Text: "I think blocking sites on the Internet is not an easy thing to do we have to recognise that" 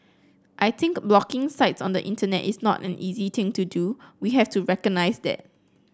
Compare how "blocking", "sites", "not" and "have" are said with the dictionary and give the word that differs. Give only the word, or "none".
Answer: have